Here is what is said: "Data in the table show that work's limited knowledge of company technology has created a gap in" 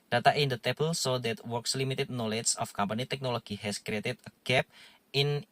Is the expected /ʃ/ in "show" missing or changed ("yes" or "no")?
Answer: yes